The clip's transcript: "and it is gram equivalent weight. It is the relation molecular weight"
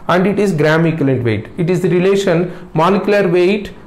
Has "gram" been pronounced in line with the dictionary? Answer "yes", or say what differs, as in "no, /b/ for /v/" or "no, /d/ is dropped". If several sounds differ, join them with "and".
yes